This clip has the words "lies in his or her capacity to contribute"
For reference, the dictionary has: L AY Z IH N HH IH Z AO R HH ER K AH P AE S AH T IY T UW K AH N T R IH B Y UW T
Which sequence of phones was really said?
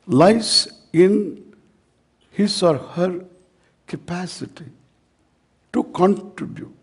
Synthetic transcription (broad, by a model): L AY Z IH N HH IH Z AO R HH ER K AH P AE S AH T IY T UW K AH N T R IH B Y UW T